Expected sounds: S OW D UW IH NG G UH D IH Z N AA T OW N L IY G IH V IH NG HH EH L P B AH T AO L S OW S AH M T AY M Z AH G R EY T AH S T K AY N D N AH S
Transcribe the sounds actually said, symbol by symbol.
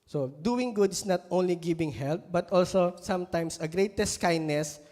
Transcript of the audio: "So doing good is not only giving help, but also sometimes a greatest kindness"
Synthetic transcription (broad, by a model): S OW D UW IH NG G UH D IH S N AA T OW N L IY G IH B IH NG HH EH L P B AH T AO L S OW S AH M T AY M S AH G R EY T AH S T K AY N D N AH S